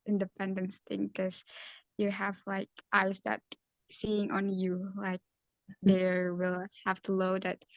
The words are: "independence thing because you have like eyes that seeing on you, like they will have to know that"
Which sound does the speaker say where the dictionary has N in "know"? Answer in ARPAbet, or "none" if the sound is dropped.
L